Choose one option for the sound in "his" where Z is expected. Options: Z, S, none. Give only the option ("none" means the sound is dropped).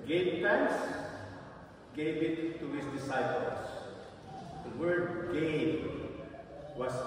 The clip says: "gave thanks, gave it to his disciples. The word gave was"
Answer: S